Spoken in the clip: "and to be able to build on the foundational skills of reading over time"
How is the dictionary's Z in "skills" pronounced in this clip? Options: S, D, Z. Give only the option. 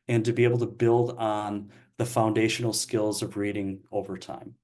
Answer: Z